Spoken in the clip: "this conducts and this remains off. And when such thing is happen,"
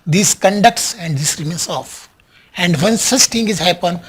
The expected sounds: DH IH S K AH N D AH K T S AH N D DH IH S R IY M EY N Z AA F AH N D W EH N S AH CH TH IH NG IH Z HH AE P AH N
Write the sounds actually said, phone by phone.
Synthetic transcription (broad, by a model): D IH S K AH N D AH K T S AH N D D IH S R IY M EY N S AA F AH N D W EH N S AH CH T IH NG IH Z HH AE P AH N